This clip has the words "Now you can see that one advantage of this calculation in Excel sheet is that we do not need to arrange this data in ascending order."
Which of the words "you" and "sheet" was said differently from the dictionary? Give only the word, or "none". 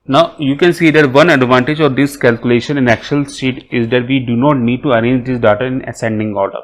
sheet